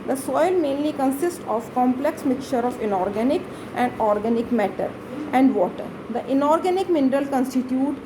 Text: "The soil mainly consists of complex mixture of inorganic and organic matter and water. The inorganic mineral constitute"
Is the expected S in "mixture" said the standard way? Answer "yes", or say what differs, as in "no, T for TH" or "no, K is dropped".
no, S is dropped